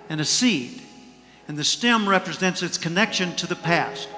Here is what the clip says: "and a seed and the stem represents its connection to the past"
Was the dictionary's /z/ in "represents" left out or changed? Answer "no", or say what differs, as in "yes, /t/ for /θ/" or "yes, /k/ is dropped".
no